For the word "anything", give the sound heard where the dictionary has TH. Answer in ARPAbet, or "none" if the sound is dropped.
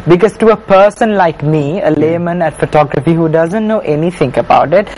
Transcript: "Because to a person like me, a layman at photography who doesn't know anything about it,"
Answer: T